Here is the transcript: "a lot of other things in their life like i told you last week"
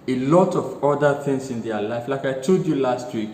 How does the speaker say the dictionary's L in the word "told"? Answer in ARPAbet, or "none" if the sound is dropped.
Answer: none